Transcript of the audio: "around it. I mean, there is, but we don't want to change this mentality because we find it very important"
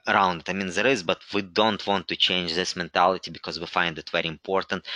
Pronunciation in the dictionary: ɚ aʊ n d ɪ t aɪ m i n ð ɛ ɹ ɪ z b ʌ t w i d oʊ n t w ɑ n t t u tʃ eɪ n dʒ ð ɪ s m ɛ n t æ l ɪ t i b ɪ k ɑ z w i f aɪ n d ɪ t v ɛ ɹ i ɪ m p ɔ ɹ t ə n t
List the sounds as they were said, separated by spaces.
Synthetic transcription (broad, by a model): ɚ aʊ n d ɪ t aɪ m i n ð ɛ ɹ ɪ z b ʌ t w i d oʊ n t w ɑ n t t u tʃ eɪ n dʒ ð ɪ s m ɛ n t æ l ɪ t i b ɪ k ɑ z w i f aɪ n d ɪ t v ɛ ɹ i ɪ m p ɔ ɹ t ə n t